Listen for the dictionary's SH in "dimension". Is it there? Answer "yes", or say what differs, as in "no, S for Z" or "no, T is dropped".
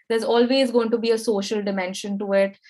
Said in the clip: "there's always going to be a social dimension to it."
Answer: yes